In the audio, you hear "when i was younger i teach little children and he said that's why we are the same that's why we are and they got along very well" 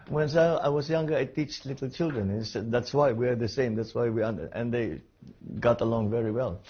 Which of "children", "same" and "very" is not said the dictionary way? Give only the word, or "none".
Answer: none